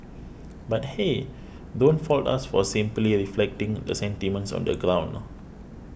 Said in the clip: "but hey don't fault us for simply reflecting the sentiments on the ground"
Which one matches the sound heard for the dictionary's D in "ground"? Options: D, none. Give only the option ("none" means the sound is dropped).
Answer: none